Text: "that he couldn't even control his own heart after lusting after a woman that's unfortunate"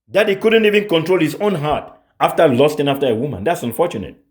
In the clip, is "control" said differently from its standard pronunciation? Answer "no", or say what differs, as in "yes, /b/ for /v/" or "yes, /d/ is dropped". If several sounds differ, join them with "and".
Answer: no